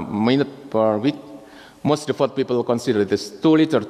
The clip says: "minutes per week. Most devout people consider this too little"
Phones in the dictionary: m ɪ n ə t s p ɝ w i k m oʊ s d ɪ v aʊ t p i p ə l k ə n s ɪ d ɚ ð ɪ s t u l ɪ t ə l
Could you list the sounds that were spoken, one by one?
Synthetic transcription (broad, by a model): m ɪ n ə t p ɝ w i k m oʊ s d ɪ f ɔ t p i p ə l k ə n s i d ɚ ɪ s t u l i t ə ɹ